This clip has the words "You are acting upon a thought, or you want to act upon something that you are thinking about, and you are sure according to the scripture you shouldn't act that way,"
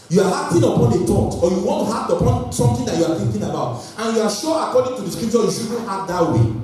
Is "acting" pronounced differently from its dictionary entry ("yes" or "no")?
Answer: yes